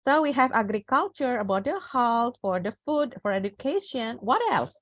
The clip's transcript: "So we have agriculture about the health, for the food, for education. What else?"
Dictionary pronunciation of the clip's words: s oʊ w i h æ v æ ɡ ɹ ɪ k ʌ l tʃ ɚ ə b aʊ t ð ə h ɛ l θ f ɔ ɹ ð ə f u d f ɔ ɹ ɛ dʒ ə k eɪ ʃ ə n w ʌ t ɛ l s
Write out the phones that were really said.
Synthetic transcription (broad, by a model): s oʊ w i h æ v æ ɡ ɹ ɪ k ʌ l tʃ ɚ ə b aʊ t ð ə h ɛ l t f ɔ ɹ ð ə f u d f ɔ ɹ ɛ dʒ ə k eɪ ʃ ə n w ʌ t ɛ l s